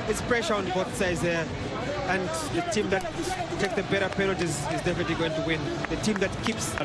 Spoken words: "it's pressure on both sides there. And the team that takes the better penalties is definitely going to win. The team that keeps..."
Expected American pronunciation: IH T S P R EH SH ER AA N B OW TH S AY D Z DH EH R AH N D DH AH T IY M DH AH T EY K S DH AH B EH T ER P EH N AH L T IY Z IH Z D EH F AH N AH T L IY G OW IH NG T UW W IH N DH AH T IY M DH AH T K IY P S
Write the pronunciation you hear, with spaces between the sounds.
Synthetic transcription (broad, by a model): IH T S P R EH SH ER AA N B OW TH S AY D Z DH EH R AH N D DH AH T IY M DH AH T EY K S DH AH B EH T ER P EH N AH L T IY Z IH Z D EH F AH N AH T L IY G OW IH NG T UW W IH N DH AH T IY M DH AH T K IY P S